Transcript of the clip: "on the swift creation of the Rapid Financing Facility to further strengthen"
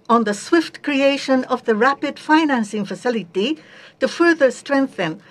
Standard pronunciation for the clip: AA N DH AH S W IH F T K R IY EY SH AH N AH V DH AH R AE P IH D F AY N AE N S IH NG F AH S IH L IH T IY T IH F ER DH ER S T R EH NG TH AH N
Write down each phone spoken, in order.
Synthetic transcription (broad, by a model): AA N DH AH S W IH F T K R IY EY SH AH N AH V DH AH R AE P IH D F AY N AE N S IH NG F AH S IH L IH T IY T IH F ER DH ER S T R EH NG TH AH N